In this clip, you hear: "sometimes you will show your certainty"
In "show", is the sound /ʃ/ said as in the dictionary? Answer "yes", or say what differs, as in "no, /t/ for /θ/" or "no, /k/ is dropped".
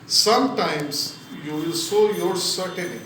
no, /s/ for /ʃ/